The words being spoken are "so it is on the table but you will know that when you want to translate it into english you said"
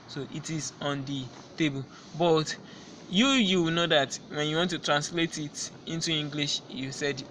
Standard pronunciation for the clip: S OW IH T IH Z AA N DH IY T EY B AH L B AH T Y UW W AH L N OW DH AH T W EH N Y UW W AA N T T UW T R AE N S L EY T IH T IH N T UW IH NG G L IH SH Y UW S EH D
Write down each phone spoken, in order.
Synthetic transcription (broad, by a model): S OW IH T IH Z AA N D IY T EY B AH L B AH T Y UW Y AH W N OW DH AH T W EH N Y UW W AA N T T UW T R AE N S L EY T IH T IH N T UW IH NG G L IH SH Y UW S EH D